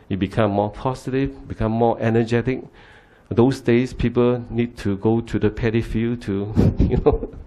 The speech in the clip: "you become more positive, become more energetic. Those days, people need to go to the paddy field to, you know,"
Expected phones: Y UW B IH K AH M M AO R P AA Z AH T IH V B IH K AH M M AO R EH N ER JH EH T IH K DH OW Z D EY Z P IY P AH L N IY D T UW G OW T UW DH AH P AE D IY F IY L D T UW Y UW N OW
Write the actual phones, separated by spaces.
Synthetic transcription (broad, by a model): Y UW B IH K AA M M AO P AA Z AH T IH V B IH K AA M M AO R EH N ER JH EH T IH K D OW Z D EY S P IY P AH L N IY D T UW G OW T UW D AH P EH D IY F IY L T UW Y UW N OW